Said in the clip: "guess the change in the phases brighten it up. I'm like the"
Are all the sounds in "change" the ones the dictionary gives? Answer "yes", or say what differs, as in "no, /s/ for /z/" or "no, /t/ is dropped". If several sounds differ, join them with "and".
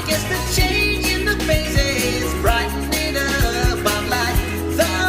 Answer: yes